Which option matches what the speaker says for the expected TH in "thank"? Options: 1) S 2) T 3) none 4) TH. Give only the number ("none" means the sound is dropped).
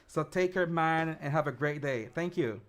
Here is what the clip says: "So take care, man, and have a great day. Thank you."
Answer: 4